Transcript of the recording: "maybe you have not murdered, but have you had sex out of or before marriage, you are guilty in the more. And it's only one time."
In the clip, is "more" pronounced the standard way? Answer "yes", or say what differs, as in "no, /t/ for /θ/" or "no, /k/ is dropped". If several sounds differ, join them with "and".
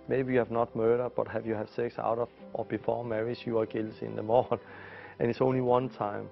no, /l/ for /ɹ/